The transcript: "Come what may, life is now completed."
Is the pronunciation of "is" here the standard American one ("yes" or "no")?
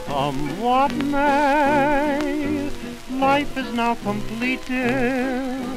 yes